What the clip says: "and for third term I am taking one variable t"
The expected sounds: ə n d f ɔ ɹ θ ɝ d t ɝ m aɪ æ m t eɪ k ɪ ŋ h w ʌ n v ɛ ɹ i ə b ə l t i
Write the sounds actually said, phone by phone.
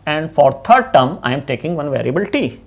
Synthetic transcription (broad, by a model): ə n d f ɔ ɹ t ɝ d t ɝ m aɪ m t eɪ k ɪ ŋ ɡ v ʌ n v ɛ ɹ i ə b ə l t i